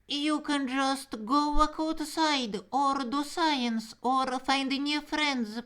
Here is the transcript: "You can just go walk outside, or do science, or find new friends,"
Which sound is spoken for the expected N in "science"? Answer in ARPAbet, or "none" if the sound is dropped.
N